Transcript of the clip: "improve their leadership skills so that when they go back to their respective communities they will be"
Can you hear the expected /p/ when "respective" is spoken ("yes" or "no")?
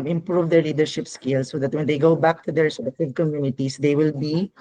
no